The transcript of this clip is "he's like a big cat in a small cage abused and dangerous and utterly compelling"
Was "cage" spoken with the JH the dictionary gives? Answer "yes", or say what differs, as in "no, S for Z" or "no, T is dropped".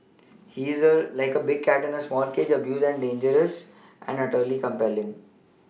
yes